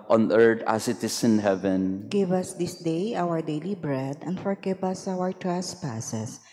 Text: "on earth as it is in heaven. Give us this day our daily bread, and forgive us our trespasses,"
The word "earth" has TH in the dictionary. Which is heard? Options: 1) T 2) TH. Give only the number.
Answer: 1